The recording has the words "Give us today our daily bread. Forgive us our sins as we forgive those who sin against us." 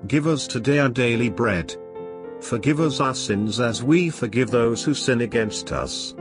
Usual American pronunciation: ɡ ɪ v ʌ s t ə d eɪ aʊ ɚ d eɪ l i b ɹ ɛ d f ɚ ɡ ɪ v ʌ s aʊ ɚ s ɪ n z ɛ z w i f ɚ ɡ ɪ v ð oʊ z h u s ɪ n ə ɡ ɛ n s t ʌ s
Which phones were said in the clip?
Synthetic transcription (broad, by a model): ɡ ɪ v ʌ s t ə d eɪ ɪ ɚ d eɪ l i b ɹ ɛ d f ɚ ɡ ɪ v ʌ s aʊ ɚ s ɪ n z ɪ z w i f ɚ ɡ ɪ v ð oʊ z h u s ɪ n ə ɡ ɛ n s t ʌ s